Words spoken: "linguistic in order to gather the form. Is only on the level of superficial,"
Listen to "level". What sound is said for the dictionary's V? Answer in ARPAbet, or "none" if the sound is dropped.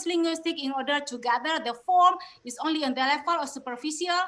F